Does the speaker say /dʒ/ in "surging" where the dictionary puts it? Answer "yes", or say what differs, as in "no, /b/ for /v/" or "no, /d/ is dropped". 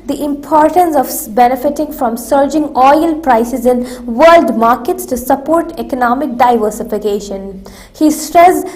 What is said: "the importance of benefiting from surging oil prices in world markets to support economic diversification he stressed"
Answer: yes